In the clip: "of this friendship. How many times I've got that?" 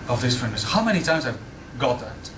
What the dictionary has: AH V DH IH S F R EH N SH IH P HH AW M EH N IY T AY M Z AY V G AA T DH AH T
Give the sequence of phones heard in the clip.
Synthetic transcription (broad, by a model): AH V DH IH S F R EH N IH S HH AW M EH N IY T AY M Z AY V G AA T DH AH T